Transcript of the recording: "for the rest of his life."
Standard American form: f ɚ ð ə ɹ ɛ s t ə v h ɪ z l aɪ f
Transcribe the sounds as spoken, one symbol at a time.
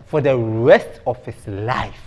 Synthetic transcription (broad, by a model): f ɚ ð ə ɹ ɛ s t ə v h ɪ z l aɪ f